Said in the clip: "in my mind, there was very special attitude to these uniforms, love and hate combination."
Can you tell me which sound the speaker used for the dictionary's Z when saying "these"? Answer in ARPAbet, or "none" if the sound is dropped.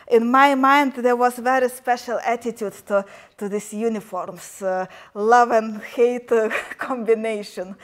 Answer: S